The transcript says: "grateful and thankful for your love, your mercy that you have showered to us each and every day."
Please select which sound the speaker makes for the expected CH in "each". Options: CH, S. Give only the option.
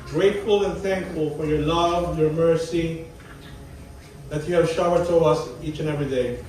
CH